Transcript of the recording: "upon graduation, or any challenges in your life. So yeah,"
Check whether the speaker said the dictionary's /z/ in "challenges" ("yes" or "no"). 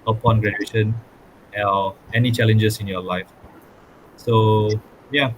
no